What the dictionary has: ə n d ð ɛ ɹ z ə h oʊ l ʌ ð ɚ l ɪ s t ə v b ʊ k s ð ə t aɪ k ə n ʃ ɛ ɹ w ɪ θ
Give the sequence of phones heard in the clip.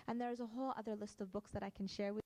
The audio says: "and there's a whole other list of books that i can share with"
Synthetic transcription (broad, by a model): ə n ð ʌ ɹ z ə h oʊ l ʌ ð ɚ l ɪ s t ə v b ʊ k s ð ə t aɪ k n ʃ ɛ ɹ w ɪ